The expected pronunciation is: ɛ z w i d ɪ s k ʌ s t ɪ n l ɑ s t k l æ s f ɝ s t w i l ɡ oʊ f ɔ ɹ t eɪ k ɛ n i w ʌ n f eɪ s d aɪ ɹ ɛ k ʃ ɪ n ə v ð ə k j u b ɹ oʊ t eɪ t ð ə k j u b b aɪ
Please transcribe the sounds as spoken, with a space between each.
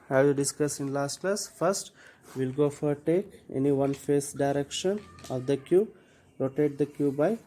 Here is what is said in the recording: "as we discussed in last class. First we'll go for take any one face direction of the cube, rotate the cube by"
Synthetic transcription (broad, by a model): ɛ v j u d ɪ s k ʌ s ɪ n l ɑ s t k l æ s f ɝ s t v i l ɡ oʊ f ɔ ɹ t eɪ k ɛ n i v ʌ n f eɪ s d aɪ ɹ ɛ k ʃ ɪ n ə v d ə k j u b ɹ oʊ t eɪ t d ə k j u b b aɪ